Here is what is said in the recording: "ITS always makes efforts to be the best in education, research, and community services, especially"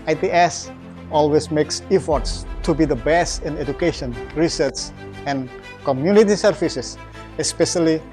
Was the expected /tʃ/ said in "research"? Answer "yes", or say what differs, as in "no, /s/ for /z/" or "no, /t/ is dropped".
no, /s/ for /tʃ/